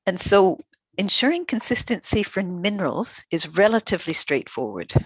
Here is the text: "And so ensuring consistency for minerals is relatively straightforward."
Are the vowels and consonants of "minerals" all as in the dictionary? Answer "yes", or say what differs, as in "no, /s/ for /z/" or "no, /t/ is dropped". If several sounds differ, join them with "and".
yes